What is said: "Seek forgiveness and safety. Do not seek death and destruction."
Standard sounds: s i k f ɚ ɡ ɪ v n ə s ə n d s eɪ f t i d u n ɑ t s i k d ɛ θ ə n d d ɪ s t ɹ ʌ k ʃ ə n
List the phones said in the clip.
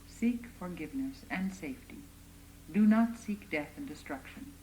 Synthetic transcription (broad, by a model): s i k f ɚ ɡ ɪ v n ə s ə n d s eɪ f t i d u n ɑ t s i k d ɛ θ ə n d d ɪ s t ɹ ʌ k ʃ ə n